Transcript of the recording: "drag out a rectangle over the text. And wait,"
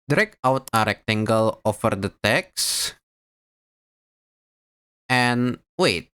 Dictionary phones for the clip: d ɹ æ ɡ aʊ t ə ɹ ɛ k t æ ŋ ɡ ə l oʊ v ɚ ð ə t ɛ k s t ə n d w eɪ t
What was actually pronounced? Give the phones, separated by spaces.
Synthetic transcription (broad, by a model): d ɹ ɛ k aʊ t ə ɹ ɛ k t æ ŋ ɡ ə l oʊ f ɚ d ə t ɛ k s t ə n w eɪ t